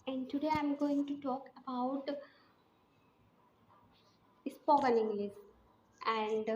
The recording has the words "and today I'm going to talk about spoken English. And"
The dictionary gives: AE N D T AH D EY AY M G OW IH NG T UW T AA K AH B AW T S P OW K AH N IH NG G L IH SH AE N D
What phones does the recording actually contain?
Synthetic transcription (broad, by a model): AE N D T AH D EY AY M G OW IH NG T UW T AA K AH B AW T S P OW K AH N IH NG G L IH S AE N D